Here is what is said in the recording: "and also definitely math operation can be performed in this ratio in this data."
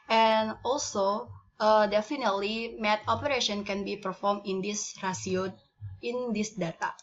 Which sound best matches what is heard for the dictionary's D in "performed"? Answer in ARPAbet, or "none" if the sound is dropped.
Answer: none